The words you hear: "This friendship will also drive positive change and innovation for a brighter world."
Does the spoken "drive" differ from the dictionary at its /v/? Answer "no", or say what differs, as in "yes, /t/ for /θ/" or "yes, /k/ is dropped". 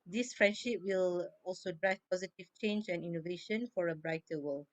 yes, /f/ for /v/